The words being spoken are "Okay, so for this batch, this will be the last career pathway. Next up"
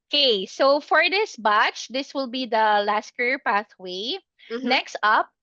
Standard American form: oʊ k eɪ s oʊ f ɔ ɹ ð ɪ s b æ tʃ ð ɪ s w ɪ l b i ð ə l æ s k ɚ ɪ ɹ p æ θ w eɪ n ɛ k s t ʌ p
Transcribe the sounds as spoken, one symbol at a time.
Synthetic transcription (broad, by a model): k eɪ s oʊ f ɔ ɹ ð ɪ s b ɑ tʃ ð ɪ s w ɪ l b i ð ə l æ s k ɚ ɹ p æ θ w eɪ n ɛ k s t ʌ p